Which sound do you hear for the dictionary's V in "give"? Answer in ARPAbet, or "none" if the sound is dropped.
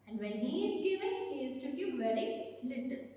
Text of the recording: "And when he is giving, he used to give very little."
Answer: P